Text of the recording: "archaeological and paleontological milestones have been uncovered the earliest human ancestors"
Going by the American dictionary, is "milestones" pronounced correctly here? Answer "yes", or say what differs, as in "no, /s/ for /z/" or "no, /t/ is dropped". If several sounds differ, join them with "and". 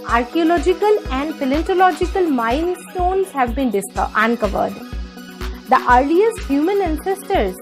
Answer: no, /n/ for /l/